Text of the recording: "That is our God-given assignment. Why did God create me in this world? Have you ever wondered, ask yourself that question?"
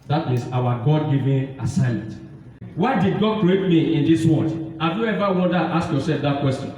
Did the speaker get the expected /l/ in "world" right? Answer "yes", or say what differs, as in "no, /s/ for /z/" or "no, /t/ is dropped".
no, /l/ is dropped